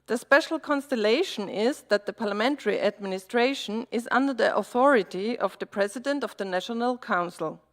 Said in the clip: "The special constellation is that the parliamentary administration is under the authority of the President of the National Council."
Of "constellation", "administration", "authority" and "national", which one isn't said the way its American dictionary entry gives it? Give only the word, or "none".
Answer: none